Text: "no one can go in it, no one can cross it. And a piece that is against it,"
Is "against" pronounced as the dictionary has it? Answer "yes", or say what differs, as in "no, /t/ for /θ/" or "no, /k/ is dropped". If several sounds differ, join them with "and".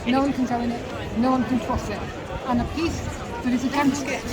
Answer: no, /t/ is dropped